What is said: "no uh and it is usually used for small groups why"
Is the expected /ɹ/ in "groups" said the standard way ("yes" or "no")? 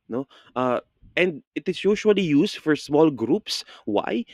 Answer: yes